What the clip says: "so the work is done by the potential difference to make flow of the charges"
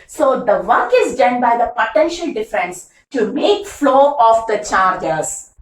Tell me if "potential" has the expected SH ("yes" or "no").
yes